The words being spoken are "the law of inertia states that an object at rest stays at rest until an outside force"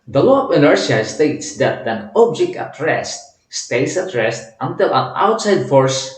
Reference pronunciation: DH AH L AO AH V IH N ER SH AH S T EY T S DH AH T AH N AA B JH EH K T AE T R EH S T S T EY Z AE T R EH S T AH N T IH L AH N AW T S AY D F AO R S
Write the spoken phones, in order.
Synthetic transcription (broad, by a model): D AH L AO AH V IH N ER S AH S T EY T S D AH T AH N AA B JH EH K T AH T R EH S T S T EY S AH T R EH S T AH N T IH L AH N AW T S AY D F AO R S